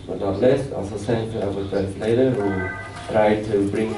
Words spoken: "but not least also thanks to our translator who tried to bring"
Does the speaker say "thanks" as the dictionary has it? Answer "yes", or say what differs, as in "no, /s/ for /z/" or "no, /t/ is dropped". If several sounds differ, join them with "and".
no, /s/ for /θ/